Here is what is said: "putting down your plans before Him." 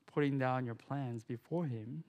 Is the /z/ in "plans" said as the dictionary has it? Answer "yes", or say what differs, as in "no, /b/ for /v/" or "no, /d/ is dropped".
yes